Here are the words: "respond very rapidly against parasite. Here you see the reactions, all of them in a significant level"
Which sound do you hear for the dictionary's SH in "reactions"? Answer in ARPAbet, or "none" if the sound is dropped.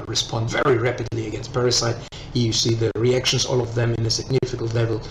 SH